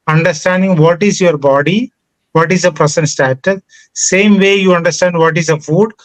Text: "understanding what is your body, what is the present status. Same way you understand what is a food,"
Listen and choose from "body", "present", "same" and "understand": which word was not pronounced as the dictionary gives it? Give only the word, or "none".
present